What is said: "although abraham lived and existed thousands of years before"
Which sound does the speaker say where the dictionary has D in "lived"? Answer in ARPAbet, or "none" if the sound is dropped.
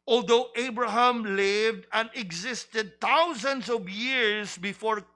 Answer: D